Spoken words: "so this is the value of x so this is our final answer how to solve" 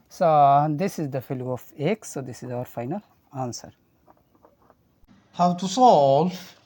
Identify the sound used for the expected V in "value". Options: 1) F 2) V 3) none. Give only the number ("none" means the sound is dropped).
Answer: 1